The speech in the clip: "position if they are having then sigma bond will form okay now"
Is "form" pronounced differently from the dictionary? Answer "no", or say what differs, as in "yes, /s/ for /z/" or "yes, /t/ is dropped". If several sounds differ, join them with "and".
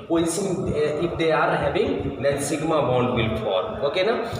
yes, /m/ is dropped